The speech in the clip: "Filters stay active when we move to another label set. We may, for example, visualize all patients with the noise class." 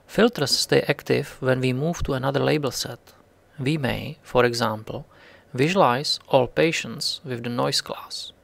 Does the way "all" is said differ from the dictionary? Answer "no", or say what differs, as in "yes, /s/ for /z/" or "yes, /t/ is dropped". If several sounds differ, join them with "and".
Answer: no